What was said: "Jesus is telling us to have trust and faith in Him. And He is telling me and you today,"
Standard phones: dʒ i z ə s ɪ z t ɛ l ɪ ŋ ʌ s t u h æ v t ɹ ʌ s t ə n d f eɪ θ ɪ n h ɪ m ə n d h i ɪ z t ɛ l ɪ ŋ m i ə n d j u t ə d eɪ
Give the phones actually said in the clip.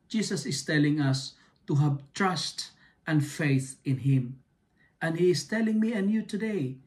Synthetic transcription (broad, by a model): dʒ i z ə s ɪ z t ɛ l ɪ ŋ ʌ s t u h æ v t ɹ ʌ s t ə n f eɪ θ ɪ n h ɪ m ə n h i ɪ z t ɛ l ɪ ŋ m i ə n j u t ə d eɪ